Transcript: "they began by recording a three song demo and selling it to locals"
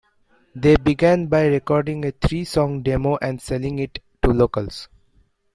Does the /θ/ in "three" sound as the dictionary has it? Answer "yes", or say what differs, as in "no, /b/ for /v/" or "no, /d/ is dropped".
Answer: no, /t/ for /θ/